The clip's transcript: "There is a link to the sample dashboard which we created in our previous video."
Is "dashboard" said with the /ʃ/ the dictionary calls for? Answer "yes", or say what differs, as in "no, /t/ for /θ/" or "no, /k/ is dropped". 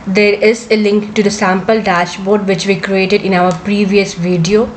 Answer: yes